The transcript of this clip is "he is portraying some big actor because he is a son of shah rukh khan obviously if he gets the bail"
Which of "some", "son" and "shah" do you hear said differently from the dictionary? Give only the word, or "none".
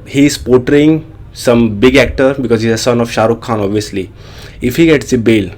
none